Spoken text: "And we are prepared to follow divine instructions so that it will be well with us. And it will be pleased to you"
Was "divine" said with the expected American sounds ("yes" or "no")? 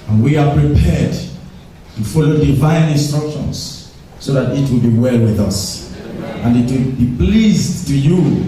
yes